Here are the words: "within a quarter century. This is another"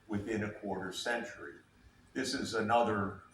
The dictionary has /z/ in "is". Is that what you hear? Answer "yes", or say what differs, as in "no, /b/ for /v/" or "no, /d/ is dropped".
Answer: yes